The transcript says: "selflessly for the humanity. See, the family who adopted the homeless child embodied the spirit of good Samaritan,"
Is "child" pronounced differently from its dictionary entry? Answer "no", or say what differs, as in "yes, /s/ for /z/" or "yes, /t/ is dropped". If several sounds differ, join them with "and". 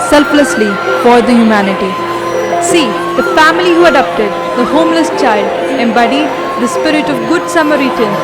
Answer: no